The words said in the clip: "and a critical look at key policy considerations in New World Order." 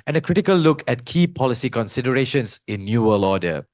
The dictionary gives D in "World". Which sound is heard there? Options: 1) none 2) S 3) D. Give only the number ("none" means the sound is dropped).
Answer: 1